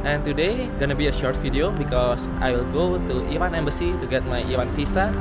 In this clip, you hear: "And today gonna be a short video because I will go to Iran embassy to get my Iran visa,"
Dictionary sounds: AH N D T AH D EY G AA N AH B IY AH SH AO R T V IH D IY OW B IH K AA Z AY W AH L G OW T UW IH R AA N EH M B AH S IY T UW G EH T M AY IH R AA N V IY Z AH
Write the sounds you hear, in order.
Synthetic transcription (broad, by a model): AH N T AH D EY G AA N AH B IY AH SH AO R T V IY D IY OW B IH K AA S AY W AH L G OW T UW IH W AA N EH M B AH S IY T UW G EH T M AY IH W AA N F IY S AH